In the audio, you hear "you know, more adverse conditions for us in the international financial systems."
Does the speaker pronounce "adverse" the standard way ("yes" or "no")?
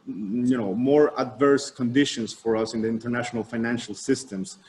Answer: yes